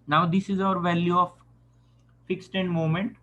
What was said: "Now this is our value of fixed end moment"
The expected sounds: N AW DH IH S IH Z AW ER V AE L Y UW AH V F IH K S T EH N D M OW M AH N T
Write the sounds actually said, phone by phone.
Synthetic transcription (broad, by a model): N AW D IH S IH Z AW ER V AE L Y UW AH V F IH K S T EH N D M OW M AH N T